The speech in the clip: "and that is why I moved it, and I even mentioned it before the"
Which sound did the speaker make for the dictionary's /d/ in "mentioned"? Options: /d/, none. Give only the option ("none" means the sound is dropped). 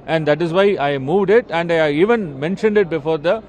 /d/